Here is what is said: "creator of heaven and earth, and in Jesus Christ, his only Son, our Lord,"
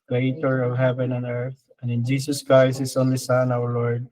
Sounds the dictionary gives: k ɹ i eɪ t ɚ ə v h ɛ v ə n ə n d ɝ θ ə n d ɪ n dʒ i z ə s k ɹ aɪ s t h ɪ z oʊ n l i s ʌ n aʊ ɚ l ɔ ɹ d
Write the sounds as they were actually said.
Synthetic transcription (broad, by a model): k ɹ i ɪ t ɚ ə v h ɛ v ə n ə n ɝ θ ə n d ɪ n dʒ i s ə s k ɹ aɪ s t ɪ s oʊ n l i s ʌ n aʊ ɚ l ɔ ɹ d